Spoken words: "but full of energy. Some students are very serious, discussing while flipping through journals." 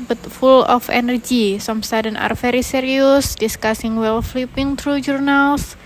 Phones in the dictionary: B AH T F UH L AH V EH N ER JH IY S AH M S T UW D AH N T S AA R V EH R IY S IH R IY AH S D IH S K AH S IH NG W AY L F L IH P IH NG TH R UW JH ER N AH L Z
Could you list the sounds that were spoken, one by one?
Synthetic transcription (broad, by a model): B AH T F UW L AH F EH N ER JH IY S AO M S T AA D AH N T AA R F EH R IY S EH R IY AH S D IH S K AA S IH NG W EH L F L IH P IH NG T R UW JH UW N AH L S